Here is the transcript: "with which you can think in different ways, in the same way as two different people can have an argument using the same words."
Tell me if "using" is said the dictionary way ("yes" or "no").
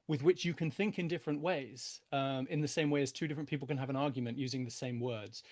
yes